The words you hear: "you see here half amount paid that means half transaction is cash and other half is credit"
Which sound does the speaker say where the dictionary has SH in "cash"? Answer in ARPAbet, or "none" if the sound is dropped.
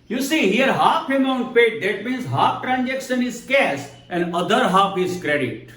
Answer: S